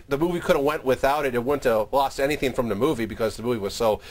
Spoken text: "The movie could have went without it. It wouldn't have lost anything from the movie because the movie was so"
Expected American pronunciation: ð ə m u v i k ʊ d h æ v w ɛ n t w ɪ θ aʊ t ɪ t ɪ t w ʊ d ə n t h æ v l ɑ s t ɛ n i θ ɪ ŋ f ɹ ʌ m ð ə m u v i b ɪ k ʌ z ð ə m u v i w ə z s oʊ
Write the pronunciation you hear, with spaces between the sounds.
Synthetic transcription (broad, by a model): ð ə m u v i k ʊ d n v w ɛ n t w ɪ θ aʊ t ɪ t ɪ t w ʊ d n t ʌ l ɑ s t ɛ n i θ ɪ ŋ f ɹ ʌ m ð ə m u v i b ɪ k ʌ z ð ə m u v i w ə z s oʊ